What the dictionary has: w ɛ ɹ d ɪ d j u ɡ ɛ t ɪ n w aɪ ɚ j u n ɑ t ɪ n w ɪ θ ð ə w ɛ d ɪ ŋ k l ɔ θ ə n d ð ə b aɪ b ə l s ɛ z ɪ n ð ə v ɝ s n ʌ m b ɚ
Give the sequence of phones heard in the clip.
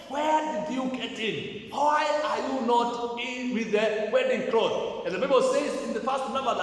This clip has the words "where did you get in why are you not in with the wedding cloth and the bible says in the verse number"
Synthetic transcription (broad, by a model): w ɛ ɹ d ɪ d j u ɡ ɛ t ɪ n w aɪ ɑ j u n ɑ t ɪ n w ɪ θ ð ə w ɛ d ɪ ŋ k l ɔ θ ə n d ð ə b aɪ b ə l s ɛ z ɪ n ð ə p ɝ s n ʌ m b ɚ